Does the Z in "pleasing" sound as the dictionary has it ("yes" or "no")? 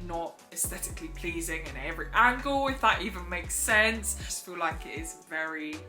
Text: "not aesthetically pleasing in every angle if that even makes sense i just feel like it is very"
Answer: yes